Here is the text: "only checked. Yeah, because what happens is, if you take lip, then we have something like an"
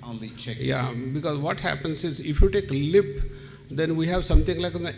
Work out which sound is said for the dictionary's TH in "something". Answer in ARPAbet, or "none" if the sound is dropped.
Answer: T